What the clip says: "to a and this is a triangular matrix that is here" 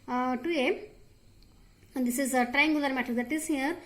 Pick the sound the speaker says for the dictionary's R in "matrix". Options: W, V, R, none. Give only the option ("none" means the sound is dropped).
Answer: none